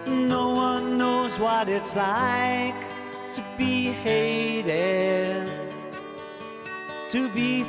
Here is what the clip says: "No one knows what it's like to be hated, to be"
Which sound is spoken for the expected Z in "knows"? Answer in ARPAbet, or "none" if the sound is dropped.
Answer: Z